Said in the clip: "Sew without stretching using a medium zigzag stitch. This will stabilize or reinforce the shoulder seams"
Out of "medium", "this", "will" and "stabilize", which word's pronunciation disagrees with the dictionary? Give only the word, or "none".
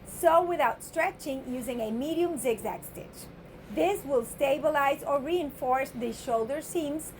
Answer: none